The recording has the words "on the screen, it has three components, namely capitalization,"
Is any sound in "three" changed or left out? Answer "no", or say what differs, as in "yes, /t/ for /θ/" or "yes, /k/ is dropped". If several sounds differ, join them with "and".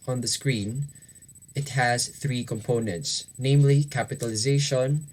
no